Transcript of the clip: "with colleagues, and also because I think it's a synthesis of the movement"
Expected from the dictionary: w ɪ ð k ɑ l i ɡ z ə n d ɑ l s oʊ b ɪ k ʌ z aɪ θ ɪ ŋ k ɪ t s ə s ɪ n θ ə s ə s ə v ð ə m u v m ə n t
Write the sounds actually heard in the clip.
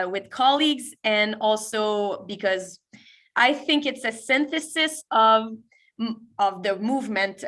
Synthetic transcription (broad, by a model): w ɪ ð k ɑ l i ɡ z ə n ɑ l s oʊ b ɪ k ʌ z aɪ θ ɪ ŋ k ɪ t s ə s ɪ n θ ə s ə s ə v ð ə m u v m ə n t